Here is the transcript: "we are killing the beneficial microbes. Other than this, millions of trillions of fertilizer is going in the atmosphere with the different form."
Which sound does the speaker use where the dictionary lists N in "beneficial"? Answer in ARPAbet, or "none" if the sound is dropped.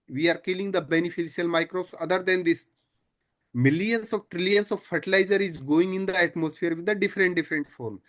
N